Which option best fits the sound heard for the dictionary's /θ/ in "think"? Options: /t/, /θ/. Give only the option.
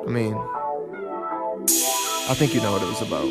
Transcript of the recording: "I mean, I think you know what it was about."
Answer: /θ/